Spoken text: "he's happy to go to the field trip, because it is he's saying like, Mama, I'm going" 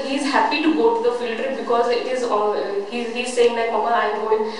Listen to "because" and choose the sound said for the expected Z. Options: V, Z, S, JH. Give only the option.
Z